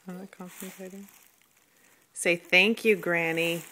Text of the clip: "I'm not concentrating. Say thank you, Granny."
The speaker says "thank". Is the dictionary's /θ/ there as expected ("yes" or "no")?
yes